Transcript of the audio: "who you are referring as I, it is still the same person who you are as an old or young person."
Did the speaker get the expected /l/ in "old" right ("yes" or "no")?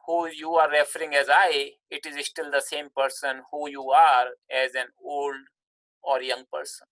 yes